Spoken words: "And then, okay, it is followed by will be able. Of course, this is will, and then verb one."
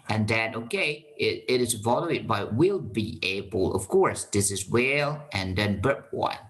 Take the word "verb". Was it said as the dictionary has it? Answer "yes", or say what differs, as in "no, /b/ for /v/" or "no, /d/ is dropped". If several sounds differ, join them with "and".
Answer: no, /b/ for /v/